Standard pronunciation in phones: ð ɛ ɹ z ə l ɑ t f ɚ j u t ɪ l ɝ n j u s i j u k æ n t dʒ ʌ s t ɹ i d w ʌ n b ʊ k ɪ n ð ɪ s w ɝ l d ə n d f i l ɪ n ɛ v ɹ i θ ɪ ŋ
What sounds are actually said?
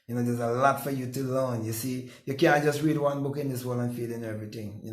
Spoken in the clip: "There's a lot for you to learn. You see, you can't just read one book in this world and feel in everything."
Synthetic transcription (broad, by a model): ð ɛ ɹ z ə l ɑ t f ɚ j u t ɪ l ɝ n j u s i j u k æ n t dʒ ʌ s t ɹ i d w ʌ n b ʊ k ɪ n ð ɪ s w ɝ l ə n f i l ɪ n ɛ v ɹ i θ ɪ ŋ